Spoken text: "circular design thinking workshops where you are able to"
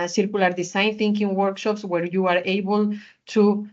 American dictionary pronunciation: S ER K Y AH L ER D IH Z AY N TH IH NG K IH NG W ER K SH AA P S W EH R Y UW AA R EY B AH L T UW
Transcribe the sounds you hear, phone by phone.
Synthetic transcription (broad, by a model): S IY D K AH L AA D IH S AY N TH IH NG K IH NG W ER K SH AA P S W EH R Y UW AA R EY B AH L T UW